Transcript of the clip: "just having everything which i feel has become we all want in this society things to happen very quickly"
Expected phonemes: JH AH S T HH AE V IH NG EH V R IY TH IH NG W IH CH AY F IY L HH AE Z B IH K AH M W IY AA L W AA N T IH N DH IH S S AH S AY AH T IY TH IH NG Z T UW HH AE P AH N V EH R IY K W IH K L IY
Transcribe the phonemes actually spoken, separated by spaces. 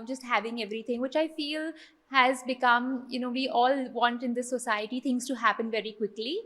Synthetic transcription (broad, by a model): JH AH S T HH AE V IH NG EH V R IY T IH NG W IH CH AY F IY L HH AE Z B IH K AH M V IY AA L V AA N T IH N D IH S S AH S AY AH T IY T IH NG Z T UW HH AE P AH N V EH R IY K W IH K L IY